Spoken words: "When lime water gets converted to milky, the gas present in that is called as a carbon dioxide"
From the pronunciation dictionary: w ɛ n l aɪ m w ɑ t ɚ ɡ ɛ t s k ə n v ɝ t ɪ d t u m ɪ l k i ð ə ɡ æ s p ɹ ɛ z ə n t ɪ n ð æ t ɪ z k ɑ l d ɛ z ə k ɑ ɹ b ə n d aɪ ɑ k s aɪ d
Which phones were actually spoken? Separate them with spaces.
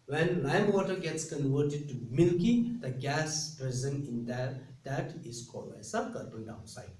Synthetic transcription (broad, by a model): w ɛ n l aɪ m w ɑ t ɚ ɡ ɛ t s k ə n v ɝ t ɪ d t u m ɪ l k i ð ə ɡ æ s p ɹ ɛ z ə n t ɪ n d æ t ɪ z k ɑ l ɛ s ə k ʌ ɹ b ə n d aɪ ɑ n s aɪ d